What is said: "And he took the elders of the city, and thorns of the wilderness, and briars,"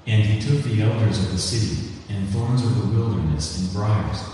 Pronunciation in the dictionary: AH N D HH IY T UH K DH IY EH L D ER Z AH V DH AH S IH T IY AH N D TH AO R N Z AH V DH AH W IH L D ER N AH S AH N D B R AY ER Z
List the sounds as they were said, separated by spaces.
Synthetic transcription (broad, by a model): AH N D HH IY T UH K DH IY EH L D ER Z AH V DH AH S IH T IY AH N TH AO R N Z AH V DH AH W IH L D ER N AH S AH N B R AY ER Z